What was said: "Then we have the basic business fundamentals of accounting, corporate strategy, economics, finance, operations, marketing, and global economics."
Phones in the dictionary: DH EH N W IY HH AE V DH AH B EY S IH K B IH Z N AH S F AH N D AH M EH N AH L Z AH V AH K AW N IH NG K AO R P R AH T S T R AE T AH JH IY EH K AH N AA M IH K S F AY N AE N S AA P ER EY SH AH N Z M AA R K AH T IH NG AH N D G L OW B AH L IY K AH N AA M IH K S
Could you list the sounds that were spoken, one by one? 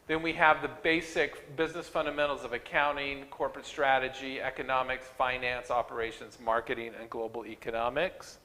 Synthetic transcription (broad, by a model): DH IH N W IY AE V DH AH B EY S IH K B IH Z N AH S F AH N D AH M EH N L Z AH V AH K AW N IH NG K AO R P R AH T S T R AE T AH JH IY EH K AH N AA M IH K S F AY N AE N S AA P ER EY SH AH N Z M AA R K AH T IH NG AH N G L OW B L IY K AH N AA M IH K S